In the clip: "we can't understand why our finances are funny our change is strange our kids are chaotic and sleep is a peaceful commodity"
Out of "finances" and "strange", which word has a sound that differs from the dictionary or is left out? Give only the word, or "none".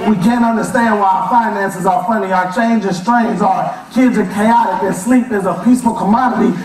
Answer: strange